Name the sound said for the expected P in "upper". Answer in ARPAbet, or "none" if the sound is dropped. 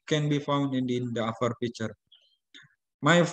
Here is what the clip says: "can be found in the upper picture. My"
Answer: F